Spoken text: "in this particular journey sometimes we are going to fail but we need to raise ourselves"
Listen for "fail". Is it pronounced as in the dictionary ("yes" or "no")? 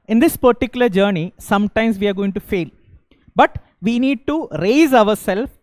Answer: yes